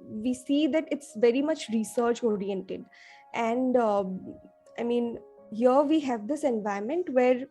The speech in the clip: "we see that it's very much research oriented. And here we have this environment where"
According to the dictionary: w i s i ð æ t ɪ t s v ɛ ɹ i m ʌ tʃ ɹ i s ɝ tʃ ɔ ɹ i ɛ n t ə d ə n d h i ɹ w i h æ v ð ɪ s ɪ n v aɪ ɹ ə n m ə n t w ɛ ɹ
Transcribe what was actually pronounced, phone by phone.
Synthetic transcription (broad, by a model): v i s i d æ t ɪ t s v ɛ ɹ i m ʌ tʃ ɹ i s ɝ tʃ ɔ ɹ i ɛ n t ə d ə n d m i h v i h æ v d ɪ s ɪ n v aɪ ə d m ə n t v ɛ ɹ